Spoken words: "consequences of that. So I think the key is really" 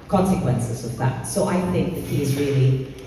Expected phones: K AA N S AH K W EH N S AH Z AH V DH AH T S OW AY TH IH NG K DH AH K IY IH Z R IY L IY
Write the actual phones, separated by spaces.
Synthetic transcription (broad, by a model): K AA N S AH K W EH N S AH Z AH V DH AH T S OW AY TH IH NG K DH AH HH IY IH Z R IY L IY